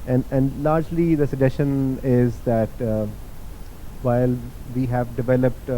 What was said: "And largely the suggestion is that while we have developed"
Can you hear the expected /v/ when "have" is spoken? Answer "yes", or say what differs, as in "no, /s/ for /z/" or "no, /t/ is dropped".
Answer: yes